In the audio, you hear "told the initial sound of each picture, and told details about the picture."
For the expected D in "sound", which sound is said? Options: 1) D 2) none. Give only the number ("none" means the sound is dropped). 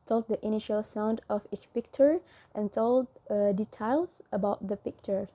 1